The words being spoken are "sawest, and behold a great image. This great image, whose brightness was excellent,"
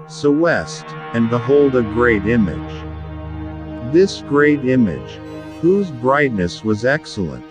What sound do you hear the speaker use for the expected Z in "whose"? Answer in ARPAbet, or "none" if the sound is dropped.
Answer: Z